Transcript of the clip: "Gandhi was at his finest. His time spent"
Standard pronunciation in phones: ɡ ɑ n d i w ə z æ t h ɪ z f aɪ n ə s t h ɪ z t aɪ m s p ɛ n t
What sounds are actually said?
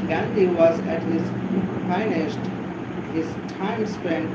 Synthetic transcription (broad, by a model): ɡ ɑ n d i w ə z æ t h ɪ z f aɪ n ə ʃ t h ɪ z t aɪ m s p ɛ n